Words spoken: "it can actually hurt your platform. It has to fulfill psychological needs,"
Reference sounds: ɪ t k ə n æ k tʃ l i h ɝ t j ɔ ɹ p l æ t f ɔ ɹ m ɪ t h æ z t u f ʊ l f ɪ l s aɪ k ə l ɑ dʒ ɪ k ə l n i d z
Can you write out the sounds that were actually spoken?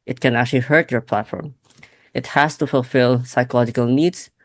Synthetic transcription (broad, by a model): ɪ t k ə n æ k tʃ l i h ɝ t j ɔ ɹ p l æ t f ɔ ɹ m ɪ t h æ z t u f ʊ l f ɪ l s aɪ k ə l ɑ dʒ ɪ k ə l n i d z